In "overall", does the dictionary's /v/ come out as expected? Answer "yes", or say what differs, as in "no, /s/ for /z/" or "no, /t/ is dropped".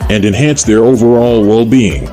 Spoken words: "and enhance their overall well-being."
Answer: yes